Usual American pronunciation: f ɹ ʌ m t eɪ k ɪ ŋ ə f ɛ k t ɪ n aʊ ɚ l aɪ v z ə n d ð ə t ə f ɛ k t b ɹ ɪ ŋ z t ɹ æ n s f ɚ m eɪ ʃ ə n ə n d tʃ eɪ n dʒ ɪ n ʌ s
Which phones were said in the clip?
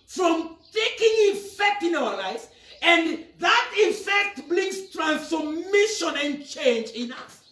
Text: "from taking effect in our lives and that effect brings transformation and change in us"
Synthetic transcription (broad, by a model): f ɹ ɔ m t eɪ k ɪ ŋ ə f ɛ k t ɪ n aʊ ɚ l aɪ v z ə n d ð ə t ə f ɛ k t b l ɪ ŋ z t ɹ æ n s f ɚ m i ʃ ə n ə n tʃ eɪ n dʒ ɪ n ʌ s